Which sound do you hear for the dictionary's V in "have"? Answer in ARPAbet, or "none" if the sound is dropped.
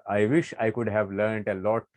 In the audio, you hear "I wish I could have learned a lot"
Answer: V